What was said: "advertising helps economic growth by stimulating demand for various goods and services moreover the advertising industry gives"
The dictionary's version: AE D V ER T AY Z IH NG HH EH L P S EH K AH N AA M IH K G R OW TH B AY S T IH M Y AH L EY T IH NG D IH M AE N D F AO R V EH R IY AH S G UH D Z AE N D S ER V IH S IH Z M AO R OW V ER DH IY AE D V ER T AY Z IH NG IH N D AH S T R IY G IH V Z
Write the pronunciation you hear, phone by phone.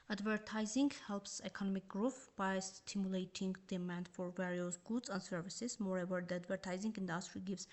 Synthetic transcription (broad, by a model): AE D V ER T AY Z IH NG HH EH L P S EH K AH N AA M IH K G R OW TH B AY S T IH M Y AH L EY T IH NG D IH M AE N D F AO R V EH R IY AH S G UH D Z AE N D S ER V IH S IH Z M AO R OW V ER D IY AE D V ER T AY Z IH NG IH N D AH S T R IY G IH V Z